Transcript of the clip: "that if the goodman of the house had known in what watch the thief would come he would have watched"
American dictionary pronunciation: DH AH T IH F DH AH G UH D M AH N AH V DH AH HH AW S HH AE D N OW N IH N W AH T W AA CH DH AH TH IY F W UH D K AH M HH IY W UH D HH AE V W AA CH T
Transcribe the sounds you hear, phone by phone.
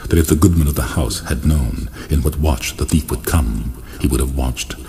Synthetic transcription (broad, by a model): DH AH T IH F DH AH G UH D M AH N AH V DH AH HH AW S HH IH D N OW N IH N W AH T W AA CH DH AH TH IY F W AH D K AH M HH IY W UH D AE V W AA CH T